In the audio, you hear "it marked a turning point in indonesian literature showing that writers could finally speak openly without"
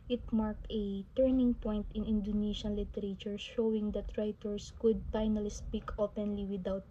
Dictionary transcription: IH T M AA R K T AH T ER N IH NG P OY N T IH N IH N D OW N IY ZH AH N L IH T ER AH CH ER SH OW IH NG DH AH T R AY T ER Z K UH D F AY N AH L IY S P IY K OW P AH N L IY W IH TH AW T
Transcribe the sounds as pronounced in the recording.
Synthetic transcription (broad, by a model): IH T M AA R K T AH T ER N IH NG P OY N T IH N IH N D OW N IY SH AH N L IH T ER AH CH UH SH OW IH NG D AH T R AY T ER S K UH D F AY N AH L IY S P IY K OW P AH N L IY W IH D AW T